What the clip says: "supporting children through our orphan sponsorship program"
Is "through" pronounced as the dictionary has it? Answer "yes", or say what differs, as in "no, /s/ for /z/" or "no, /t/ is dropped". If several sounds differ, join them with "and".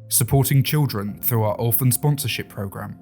yes